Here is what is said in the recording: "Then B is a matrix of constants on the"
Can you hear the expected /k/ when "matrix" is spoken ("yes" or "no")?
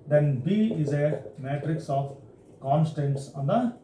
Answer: yes